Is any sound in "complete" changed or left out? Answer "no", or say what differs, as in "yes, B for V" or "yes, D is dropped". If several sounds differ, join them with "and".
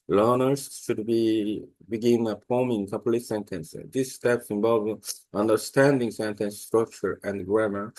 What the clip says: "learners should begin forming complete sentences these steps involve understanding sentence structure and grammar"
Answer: yes, M is dropped